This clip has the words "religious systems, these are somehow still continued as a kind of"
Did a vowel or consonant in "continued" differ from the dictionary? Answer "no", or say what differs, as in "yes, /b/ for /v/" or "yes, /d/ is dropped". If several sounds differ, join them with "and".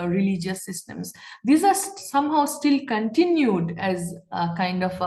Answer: no